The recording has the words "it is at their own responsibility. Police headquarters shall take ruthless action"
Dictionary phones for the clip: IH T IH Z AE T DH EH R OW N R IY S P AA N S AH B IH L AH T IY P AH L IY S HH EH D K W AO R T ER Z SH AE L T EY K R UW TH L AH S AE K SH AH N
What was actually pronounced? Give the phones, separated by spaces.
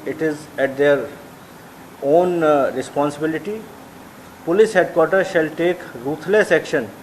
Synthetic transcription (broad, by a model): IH T IH Z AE T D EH R OW N R IY S P AA N S AH B IH L AH T IY P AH L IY S HH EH D K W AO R T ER SH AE L T EY K R UW T L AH S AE K SH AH N